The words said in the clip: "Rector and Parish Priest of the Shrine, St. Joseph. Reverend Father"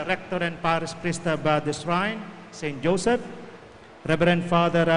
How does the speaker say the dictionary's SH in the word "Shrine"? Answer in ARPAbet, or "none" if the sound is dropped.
S